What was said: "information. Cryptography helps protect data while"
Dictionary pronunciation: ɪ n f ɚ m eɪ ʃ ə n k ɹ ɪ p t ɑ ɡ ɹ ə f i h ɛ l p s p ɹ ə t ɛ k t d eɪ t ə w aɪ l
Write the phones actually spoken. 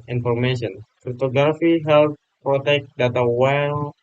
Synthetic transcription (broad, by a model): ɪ n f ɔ m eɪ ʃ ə n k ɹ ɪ t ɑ ɡ ɹ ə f i h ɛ l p p ɹ ə t ɛ k t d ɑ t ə w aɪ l